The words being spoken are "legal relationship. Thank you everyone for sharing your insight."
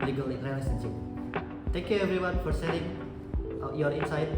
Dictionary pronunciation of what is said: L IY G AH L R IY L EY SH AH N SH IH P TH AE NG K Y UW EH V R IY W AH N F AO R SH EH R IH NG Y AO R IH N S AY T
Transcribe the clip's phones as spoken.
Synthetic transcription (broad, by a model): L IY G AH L R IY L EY S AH N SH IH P T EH NG K Y UW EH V R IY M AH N F AO R S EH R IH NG Y AO R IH N S AY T